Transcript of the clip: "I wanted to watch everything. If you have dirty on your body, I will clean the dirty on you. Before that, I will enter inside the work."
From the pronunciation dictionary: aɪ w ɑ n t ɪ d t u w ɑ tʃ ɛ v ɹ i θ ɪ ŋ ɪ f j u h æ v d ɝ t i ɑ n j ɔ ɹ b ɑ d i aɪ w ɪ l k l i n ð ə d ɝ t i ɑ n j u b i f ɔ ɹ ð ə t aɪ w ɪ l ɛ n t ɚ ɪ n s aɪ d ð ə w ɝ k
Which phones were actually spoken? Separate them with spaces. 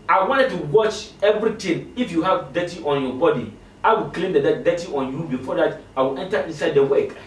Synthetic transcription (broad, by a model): aɪ w ɑ n t ɪ d t u w ɑ tʃ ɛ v ɹ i t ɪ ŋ ɪ f j u h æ v d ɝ t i ɑ n j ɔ b ɑ d i aɪ w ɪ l k l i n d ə d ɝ t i ɑ n j u b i f ɔ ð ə t aɪ w ɪ l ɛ n t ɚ ɪ n s aɪ d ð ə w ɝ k